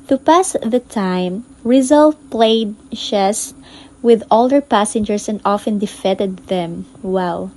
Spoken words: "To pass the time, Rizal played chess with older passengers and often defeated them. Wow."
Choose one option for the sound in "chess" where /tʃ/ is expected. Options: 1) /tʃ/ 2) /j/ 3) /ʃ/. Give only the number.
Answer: 3